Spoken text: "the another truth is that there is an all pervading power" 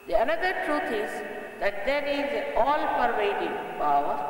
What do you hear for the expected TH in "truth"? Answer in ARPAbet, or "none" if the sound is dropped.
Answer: T